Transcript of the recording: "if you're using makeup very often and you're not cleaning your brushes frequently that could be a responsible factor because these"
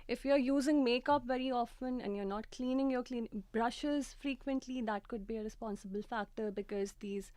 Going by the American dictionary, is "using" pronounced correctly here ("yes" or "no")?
yes